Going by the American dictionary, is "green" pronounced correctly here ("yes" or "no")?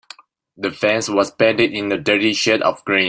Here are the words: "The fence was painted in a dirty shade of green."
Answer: no